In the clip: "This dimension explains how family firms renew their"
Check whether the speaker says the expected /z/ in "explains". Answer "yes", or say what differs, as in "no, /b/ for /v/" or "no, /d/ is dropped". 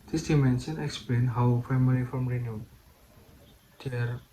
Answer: no, /z/ is dropped